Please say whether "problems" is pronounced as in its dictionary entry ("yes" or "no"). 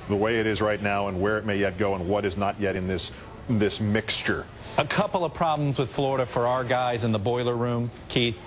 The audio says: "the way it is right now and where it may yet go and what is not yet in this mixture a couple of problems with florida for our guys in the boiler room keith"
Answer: yes